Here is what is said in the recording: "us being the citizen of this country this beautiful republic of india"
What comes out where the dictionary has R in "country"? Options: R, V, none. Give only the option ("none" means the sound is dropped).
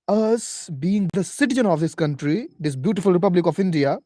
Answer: R